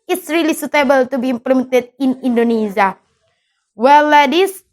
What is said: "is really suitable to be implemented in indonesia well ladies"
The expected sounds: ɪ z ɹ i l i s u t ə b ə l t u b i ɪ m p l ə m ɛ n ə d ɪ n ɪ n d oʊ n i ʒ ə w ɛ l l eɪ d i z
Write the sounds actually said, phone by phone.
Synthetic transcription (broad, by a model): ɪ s ɹ i l i s u t ə b ə l t u b i m p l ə m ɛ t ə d ɪ n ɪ n d oʊ n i z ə w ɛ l l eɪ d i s